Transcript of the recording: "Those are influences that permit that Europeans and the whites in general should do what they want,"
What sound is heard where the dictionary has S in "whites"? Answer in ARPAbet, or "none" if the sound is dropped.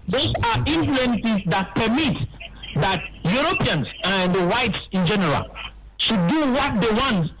S